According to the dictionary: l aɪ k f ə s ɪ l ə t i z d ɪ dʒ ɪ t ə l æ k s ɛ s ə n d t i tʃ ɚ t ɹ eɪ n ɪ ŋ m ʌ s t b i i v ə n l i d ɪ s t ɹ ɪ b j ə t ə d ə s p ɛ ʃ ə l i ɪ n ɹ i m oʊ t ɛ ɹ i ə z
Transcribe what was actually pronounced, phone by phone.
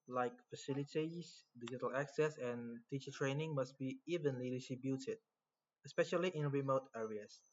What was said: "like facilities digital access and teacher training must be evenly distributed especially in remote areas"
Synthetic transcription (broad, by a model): l aɪ k f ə s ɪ l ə t i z d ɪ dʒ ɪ t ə l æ k s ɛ s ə n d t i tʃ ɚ t ɹ eɪ n ɪ ŋ m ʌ s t b i i v ə n l i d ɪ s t ɹ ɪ b j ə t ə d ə s p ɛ ʃ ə l i ɪ n ɹ i m oʊ t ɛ ɹ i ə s